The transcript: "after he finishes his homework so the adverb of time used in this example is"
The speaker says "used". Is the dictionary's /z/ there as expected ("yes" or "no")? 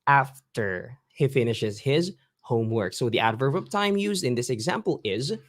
yes